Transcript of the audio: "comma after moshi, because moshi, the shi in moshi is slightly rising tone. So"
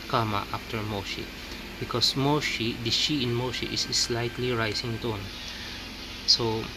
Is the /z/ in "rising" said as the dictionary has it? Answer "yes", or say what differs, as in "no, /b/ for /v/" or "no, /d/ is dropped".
no, /s/ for /z/